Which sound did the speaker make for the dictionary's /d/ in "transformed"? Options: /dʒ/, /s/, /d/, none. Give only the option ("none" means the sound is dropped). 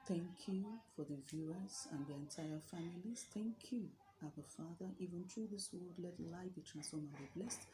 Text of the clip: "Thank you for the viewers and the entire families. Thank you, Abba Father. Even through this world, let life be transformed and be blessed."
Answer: none